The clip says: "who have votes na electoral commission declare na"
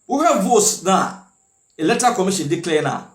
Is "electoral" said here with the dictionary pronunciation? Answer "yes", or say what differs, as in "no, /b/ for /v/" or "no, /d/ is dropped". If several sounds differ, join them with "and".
no, /k/ is dropped